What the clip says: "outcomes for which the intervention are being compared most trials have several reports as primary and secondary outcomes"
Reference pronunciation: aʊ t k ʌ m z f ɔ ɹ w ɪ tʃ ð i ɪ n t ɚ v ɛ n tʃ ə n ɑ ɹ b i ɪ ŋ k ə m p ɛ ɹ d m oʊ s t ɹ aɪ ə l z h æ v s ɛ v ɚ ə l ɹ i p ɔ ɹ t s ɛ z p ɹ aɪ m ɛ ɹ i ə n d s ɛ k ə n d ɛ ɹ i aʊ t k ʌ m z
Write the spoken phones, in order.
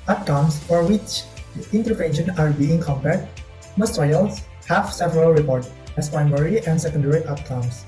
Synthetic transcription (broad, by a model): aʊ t k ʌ m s f ɔ ɹ w ɪ tʃ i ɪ n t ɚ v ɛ n ʃ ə n ɑ ɹ b i ɪ ŋ k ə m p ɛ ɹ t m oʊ s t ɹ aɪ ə l s h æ f s ɛ v ɚ ə l ɹ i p ɔ ɹ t ɛ s p ɹ aɪ m ɛ ɹ i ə n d s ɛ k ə n d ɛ ɹ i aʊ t k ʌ m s